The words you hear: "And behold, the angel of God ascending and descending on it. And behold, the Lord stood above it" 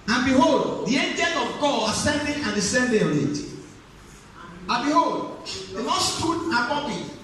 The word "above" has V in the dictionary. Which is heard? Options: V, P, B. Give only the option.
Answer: P